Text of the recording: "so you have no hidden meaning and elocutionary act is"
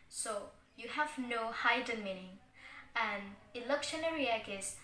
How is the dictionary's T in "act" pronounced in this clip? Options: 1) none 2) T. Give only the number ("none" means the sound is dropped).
1